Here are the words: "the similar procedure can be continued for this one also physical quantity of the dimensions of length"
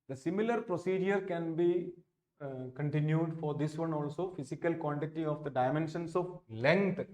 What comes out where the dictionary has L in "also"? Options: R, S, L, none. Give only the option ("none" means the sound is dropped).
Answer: L